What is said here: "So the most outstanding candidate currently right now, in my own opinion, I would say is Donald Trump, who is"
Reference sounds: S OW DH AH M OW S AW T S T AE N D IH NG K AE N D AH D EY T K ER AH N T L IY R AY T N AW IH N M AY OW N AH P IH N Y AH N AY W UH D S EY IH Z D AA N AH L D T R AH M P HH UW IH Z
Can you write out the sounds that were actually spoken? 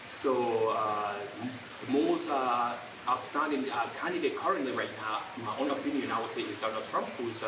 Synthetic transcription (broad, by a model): S OW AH M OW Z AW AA S T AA D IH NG K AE N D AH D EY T K ER AH N T L IY R AY T N AW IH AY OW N AH P IH N Y AH N AY W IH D S EY IH Z D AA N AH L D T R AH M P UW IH